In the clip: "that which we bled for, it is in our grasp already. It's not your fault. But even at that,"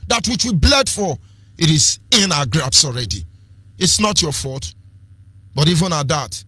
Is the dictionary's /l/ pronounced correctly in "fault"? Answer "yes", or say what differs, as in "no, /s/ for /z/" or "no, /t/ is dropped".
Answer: no, /l/ is dropped